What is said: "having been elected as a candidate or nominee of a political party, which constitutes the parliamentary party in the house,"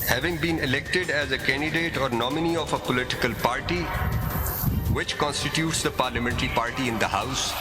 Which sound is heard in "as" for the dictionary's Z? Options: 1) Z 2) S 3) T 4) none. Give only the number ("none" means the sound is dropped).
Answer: 1